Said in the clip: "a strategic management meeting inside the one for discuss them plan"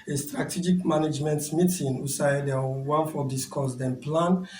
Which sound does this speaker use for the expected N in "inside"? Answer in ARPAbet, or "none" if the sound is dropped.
none